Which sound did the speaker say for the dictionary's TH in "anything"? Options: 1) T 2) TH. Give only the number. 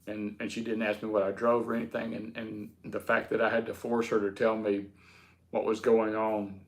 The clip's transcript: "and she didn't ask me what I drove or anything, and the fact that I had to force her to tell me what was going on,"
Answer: 2